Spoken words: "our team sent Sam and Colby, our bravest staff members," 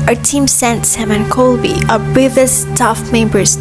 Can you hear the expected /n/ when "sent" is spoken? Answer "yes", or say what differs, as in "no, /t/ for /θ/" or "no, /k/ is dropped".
yes